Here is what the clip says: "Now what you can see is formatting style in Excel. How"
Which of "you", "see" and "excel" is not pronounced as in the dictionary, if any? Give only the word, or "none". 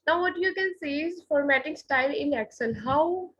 excel